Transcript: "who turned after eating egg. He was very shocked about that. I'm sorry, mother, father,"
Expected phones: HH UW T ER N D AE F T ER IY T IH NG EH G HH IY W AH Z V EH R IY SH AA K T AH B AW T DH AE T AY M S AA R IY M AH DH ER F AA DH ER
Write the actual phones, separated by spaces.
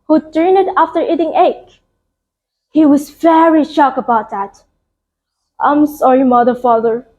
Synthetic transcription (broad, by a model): HH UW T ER N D AE F T ER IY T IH NG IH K HH IY W AH Z V EH R IY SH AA K AH B AW T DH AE T AY M S AA R IY M AH DH ER F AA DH ER